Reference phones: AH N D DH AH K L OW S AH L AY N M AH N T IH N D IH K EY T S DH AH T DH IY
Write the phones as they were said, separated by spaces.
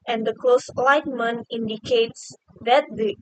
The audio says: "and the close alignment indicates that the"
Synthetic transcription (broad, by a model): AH N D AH K L OW S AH L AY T M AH N IH N D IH K EY T S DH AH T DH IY